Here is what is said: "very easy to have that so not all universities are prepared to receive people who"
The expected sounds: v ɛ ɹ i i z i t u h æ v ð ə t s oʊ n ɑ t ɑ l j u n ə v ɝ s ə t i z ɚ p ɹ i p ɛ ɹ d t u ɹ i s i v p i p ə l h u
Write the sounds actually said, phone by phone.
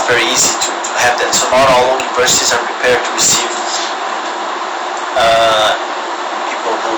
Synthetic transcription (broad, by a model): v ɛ ɹ i i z i t u h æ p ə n s oʊ n ɑ t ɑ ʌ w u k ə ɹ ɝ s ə s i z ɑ p ɹ i p ɛ ɹ d t u ɹ i s i v p i p ə l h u